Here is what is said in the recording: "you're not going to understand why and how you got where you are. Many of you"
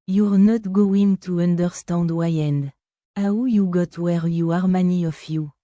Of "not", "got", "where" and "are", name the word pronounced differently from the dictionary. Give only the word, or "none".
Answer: none